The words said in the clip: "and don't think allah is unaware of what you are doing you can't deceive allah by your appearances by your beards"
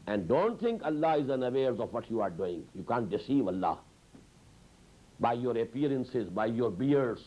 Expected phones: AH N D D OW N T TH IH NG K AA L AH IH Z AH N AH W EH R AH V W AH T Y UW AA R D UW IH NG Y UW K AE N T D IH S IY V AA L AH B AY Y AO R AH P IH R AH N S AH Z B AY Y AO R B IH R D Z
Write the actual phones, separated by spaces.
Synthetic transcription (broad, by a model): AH N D D OW N T T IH NG K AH L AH IH Z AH N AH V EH R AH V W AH T Y UW AA R D UW IH NG Y UW K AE N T D IH S IY V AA L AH B AY Y AO R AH P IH R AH N S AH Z B AY Y AO R B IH R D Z